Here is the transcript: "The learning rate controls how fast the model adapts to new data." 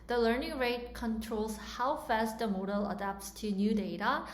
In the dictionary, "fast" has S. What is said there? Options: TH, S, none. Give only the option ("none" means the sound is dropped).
S